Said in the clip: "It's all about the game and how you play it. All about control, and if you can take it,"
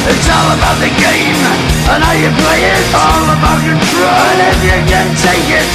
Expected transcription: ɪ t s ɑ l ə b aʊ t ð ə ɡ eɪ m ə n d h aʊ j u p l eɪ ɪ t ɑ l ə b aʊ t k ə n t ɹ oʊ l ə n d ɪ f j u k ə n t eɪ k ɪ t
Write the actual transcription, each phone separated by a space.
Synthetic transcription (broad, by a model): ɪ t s ɑ l ə b aʊ t ð ə ɡ eɪ m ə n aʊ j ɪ p l eɪ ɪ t ɑ l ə b aʊ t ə t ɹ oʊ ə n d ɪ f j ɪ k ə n t eɪ k ɪ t